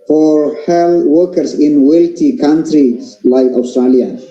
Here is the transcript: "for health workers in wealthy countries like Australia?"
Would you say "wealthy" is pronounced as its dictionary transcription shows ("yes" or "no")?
no